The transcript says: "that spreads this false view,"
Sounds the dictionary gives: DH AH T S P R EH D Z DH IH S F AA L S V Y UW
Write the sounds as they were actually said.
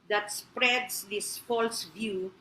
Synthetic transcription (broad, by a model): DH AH T S P R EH D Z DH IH S F AA L S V Y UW